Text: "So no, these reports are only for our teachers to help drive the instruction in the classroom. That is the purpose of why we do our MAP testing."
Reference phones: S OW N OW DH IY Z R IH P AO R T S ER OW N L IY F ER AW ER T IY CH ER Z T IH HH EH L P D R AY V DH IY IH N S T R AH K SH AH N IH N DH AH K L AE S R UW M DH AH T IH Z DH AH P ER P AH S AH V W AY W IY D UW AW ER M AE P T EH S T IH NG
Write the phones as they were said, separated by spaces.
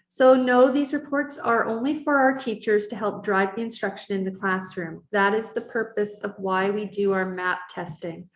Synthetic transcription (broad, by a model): S OW N OW DH IY Z R IH P AO R T S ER OW N L IY F ER AW ER T IY CH ER Z T IH HH EH L P D R AY V DH IY IH N S T R AH K SH AH N IH N DH AH K L AE S R UW M DH AH T IH Z DH AH P ER P AH S AH V W AY W IY D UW AW ER M AE P T EH S T IH NG